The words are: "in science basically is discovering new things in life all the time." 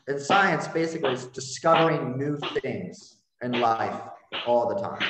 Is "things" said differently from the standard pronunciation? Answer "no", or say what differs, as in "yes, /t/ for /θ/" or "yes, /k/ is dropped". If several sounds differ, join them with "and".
no